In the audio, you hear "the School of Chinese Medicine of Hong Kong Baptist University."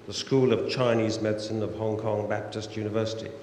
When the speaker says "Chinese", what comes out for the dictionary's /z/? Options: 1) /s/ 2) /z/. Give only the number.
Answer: 2